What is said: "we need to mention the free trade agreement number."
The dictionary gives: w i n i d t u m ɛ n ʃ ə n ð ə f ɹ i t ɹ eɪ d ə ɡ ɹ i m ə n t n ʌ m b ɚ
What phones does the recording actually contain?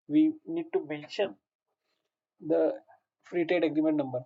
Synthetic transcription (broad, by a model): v i n i d t u m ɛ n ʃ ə n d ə f ɹ i t eɪ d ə ɡ ɹ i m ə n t n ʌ m b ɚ